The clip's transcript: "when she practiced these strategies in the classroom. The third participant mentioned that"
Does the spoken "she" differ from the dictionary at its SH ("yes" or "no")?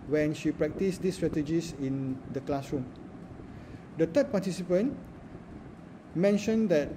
no